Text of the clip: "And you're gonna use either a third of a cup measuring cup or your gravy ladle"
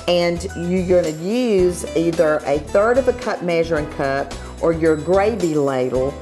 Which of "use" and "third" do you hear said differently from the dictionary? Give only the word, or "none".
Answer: none